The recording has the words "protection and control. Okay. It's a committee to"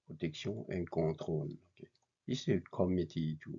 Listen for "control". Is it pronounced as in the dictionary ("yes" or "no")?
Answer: no